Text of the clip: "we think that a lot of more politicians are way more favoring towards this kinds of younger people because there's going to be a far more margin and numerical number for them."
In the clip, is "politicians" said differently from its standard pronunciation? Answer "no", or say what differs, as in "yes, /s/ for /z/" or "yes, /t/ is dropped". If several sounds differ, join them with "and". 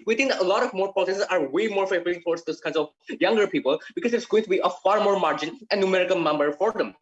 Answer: yes, /s/ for /t/ and /s/ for /ʃ/ and /n/ is dropped